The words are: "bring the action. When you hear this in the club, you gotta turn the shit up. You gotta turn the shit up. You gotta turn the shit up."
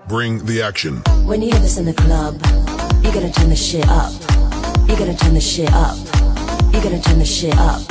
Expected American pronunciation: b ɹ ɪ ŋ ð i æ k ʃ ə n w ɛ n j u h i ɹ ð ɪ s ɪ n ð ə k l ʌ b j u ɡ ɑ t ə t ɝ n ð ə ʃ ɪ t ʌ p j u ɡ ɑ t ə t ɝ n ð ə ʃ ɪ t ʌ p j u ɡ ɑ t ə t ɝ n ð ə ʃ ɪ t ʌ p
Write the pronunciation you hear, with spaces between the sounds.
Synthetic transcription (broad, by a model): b ɹ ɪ ŋ ð i æ k ʃ ə n w ɛ n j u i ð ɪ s ɪ n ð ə k l ʌ b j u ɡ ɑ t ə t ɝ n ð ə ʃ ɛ t ʌ p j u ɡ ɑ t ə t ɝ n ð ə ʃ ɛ t ʌ p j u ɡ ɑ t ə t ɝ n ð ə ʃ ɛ t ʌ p